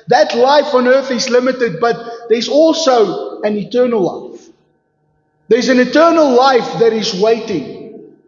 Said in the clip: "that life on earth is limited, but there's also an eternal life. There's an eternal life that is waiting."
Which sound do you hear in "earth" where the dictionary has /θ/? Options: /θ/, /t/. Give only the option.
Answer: /θ/